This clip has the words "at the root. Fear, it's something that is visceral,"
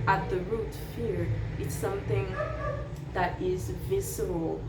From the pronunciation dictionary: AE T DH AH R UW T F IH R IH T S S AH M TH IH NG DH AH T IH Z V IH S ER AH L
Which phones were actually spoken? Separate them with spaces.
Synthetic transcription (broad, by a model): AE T DH AH R UW T F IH R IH T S S AH M TH IH NG DH AH T IH Z V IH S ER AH L